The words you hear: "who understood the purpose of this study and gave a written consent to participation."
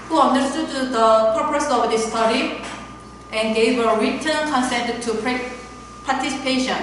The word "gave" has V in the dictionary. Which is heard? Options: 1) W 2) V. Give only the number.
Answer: 1